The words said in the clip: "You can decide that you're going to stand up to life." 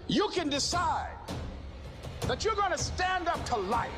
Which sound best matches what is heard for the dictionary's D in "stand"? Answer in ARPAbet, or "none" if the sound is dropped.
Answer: D